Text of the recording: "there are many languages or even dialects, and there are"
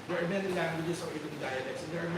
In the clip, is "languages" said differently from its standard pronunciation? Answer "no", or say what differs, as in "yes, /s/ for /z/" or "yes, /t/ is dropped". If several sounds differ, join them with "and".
yes, /s/ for /z/